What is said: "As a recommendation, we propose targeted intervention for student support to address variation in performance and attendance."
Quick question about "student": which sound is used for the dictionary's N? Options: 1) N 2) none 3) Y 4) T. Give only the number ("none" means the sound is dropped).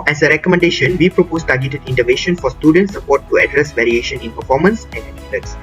1